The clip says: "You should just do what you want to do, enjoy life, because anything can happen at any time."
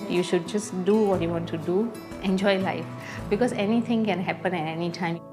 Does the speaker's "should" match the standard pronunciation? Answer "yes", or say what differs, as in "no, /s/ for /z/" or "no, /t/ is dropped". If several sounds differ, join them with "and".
yes